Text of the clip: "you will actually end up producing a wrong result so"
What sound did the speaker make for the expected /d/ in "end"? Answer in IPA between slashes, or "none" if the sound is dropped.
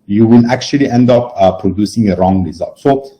/d/